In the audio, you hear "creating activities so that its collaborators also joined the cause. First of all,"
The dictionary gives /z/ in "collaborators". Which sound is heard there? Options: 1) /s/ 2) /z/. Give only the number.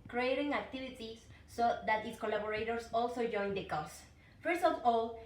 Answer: 1